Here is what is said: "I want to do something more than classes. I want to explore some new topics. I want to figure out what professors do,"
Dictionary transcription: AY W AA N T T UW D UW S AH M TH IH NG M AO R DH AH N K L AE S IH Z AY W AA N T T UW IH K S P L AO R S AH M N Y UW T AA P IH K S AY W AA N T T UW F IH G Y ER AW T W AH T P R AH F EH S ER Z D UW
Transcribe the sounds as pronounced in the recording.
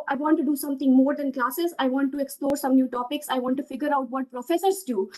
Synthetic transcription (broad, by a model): AY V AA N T T UW D UW S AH M T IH NG M AO R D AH N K L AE S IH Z AY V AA N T T UW IH K S P L AO R S AH M N Y UW T AA P IH K S AY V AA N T T UW F IH G Y ER AW T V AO T P R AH F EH S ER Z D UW